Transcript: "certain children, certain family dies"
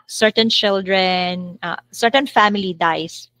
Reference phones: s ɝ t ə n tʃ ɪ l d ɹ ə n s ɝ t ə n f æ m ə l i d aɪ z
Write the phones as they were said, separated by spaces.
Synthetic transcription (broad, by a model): s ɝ t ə n tʃ ɪ l d ɹ ə n s ɝ t ə n f æ m ə l i d aɪ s